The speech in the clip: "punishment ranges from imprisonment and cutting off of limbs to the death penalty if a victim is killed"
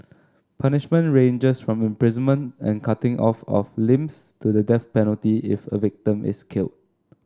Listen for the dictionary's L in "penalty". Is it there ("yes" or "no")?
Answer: yes